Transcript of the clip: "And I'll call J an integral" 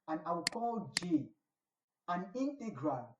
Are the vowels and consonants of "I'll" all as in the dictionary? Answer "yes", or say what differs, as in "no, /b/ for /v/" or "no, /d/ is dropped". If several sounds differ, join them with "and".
no, /w/ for /l/